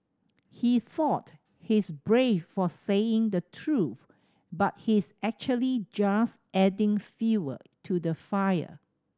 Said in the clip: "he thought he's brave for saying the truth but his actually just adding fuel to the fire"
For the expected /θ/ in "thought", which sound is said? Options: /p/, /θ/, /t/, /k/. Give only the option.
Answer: /θ/